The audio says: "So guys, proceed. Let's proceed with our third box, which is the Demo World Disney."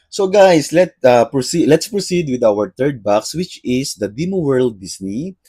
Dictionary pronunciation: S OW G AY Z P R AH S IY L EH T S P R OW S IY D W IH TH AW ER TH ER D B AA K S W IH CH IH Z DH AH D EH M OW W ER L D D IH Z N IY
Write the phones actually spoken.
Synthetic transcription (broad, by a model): S OW G AY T P R AH S IY L EH T S P R OW S IY D W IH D AW ER T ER D B AA K S W IH CH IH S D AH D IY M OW W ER L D D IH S N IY